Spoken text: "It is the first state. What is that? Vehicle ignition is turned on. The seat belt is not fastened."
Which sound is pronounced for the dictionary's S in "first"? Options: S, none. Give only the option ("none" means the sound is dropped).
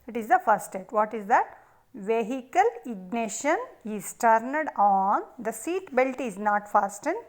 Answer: none